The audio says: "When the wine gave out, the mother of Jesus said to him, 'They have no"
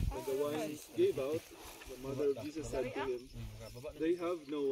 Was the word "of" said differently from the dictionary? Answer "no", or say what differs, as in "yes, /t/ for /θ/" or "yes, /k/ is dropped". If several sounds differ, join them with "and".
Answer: no